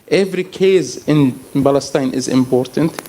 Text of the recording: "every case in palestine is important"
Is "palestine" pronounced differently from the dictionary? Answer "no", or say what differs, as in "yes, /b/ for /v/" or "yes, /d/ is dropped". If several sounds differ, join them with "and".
yes, /b/ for /p/